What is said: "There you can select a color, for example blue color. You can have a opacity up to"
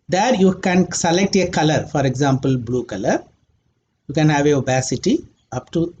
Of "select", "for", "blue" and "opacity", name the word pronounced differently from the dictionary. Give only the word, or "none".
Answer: opacity